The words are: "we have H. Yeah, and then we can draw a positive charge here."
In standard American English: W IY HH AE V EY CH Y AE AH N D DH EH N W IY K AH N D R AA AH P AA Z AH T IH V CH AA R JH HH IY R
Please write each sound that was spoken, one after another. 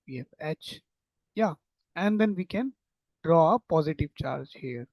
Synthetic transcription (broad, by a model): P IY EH F EY CH Y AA AH N D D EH N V IY K AH N D R AA AH P AA Z AH T IH V CH AA R JH HH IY R